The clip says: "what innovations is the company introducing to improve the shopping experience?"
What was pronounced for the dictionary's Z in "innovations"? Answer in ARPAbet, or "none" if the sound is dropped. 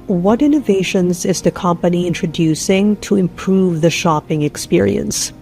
Z